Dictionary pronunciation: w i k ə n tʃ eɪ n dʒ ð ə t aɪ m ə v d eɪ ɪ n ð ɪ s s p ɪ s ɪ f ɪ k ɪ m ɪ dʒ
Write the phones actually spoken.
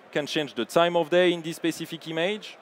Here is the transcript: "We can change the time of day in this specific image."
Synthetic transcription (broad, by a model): k ə n tʃ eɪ n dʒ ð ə t aɪ m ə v d eɪ ɪ n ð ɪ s s p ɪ s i f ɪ k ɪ m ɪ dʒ